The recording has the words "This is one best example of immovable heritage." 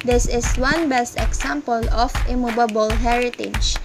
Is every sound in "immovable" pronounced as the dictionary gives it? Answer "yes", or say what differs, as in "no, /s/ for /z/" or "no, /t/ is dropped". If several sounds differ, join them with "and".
no, /b/ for /v/